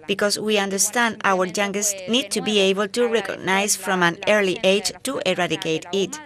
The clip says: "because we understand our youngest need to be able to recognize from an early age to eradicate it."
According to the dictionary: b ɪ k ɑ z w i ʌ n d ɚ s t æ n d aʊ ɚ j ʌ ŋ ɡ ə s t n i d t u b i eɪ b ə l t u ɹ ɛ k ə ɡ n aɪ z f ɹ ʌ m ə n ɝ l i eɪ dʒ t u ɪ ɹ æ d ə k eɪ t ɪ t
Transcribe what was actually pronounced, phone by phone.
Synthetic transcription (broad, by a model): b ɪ k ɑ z w i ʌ n d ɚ s t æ n d aʊ ɚ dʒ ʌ ŋ ɡ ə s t n i d t u b i eɪ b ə l t u ɹ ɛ k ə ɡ n aɪ s f ɹ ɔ m ə n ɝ l i eɪ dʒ t u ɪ ɹ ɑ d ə k eɪ t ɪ t